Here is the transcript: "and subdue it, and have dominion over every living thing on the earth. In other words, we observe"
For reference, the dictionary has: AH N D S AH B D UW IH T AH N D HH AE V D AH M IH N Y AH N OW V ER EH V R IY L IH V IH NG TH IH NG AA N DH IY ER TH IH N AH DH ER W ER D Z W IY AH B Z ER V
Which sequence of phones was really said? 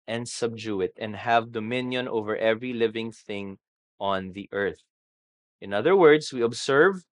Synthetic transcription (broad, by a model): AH N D S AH B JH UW IH T AH N D HH AE V D AH M IH N Y AH N OW V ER EH V R IY L IH V IH NG TH IH NG AA N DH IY ER TH IH N AH DH ER W ER D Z W IY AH B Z ER V